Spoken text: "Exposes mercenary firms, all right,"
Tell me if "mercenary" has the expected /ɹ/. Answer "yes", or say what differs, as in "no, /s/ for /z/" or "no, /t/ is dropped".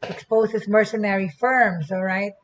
yes